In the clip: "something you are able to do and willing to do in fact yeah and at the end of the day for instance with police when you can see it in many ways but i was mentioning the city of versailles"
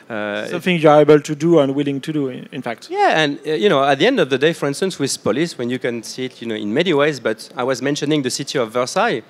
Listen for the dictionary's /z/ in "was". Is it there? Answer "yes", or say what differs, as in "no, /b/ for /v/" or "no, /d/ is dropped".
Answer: yes